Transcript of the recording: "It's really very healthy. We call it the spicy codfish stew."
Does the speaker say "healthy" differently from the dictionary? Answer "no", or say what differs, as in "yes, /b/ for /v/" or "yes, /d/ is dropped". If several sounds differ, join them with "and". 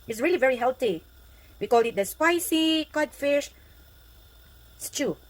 yes, /t/ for /θ/